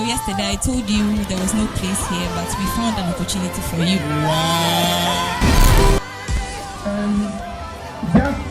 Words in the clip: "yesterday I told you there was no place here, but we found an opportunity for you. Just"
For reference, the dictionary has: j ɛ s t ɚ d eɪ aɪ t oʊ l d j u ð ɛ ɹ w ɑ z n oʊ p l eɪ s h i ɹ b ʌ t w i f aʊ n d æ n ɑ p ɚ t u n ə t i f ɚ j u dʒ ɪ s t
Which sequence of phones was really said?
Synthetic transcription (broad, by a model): j ɛ s t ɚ d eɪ aɪ t oʊ l d j u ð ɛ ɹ w ɑ z n oʊ p l eɪ s h i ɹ b ʌ t w i f aʊ n d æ n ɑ p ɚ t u n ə t i f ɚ j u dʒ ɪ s